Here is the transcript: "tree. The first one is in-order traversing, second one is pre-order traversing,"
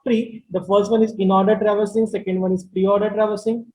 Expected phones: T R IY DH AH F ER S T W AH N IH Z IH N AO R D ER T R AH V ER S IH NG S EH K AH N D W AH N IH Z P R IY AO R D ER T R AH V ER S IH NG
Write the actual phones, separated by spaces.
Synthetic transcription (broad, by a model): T R IY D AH F ER S T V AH N IH Z IH N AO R D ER T R AH V ER S IH NG S EH K AH N D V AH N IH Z P R IY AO R D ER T R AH V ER S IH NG